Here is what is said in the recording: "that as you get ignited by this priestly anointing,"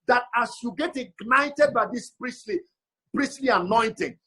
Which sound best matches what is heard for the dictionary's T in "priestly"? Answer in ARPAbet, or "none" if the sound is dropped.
S